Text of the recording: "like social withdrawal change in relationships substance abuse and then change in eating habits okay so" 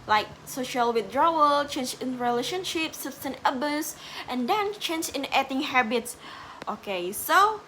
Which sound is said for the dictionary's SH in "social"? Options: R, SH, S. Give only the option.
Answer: SH